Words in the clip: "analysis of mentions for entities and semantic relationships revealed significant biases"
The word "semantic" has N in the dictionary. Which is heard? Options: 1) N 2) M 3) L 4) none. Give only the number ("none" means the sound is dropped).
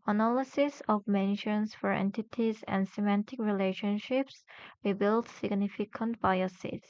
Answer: 1